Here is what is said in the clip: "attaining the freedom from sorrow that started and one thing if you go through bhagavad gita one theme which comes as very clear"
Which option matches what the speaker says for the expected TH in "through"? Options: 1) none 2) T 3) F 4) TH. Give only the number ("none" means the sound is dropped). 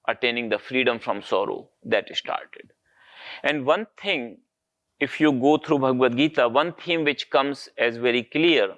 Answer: 2